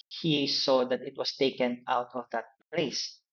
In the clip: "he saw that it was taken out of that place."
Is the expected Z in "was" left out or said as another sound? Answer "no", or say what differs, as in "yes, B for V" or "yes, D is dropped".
yes, S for Z